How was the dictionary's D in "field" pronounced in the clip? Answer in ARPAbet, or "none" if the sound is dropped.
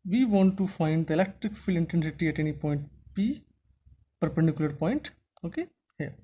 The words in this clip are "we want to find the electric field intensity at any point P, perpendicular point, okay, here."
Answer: none